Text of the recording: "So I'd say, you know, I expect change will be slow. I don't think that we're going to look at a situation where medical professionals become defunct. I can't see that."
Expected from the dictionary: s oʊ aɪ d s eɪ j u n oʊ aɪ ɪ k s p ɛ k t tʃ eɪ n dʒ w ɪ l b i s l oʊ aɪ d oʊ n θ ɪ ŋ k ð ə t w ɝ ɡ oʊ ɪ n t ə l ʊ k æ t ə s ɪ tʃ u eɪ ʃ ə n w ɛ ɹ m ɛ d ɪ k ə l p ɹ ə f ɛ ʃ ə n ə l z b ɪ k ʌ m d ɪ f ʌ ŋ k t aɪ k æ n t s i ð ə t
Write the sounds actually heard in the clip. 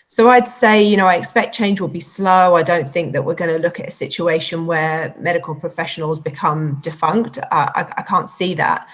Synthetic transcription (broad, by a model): s oʊ aɪ d s eɪ j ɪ n oʊ aɪ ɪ k s p ɛ k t tʃ eɪ n dʒ w ɪ l b i s l oʊ aɪ d oʊ n θ ɪ ŋ k ð ə t w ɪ ɡ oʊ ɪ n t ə l ʊ k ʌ t ə s ɪ tʃ u eɪ ʃ ə n w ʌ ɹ m ɛ d ɪ k ə l p ɹ ə f ɛ ʃ ə n ə l z b ɪ k ʌ m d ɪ f ʌ ŋ k t aɪ k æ n t s i ð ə t